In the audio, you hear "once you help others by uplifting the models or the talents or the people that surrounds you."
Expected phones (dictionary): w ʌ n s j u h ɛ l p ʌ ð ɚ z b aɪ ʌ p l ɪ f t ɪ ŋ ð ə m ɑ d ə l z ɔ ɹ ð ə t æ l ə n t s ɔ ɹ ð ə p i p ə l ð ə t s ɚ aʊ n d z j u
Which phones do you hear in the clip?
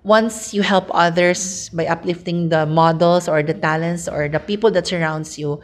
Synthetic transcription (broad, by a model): w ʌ n s j u h ɛ l p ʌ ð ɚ s b aɪ ʌ p l ɪ f t ɪ ŋ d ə m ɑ d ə l s ɔ ɹ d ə t æ l ə n t s ɔ ɹ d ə p i p ə l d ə t s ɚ aʊ n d s j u